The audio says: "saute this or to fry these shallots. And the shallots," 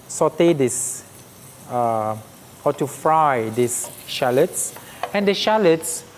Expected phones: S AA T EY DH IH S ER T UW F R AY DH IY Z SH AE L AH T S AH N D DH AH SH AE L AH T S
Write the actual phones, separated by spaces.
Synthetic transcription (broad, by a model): S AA T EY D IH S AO T UW F R AY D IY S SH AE L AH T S AH N D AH SH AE L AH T S